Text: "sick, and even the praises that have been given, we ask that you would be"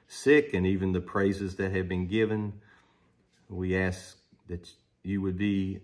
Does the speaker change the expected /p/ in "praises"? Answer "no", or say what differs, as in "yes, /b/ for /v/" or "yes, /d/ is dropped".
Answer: no